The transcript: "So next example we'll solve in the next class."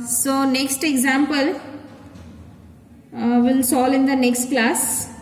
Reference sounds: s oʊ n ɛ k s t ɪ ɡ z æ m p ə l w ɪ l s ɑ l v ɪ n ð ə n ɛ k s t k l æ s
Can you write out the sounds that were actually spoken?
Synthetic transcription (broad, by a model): s oʊ n ɛ k s t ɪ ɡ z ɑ m p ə l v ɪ l s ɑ l ɪ n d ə n ɛ k s t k l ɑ s